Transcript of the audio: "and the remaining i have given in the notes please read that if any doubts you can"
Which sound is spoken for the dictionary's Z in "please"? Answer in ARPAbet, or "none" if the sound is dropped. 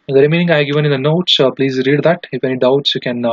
Z